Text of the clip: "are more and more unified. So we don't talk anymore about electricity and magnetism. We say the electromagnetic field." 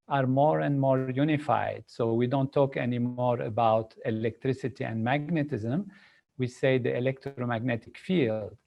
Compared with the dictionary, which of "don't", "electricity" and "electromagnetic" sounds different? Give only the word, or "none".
none